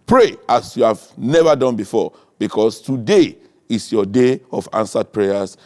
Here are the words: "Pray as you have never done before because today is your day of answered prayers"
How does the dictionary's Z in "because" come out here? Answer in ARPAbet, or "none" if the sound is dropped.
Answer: S